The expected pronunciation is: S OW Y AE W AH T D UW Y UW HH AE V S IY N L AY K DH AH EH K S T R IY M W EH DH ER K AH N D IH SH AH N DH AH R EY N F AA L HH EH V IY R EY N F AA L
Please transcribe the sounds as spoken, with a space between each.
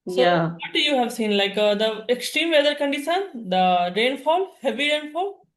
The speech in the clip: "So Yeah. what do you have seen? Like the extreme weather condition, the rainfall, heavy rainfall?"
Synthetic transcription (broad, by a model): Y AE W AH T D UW Y UW HH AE V S IY N L AY K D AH EH K S T R IY M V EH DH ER K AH N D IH S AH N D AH R EY N F AA L HH EH V IY R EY N F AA L